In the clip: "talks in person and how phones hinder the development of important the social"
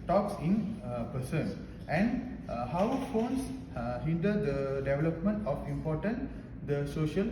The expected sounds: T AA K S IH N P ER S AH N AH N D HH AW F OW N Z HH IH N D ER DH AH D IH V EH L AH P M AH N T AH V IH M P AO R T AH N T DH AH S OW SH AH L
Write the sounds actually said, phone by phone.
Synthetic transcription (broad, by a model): T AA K S IH N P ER S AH N AH N D HH AW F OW N S HH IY N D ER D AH D IH V EH L AH P M AH N T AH F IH M P AO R T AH N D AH S OW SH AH L